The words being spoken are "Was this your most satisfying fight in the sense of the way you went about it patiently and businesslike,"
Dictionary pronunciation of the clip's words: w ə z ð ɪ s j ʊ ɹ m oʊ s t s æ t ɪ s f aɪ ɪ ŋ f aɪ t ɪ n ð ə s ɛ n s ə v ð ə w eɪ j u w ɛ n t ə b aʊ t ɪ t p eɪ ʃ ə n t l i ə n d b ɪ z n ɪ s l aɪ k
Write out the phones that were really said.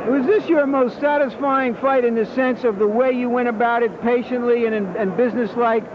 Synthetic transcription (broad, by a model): w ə z ð ɪ s j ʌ ɹ m oʊ s t s æ t ɪ s f aɪ ɪ ŋ f aɪ t ɪ n ð ə s ɛ n s ə v ð ə w eɪ j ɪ w ɛ t ə b aʊ t ɪ t p eɪ ʃ ə n t l i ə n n b ɪ z n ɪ s l aɪ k